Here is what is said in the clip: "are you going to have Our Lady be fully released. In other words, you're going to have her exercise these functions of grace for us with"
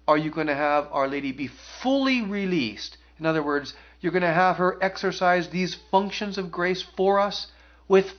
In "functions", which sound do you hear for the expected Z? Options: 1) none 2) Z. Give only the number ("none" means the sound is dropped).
2